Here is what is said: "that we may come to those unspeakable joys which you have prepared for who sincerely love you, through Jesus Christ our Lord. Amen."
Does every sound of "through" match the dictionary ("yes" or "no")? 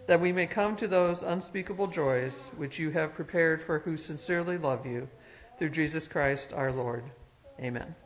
yes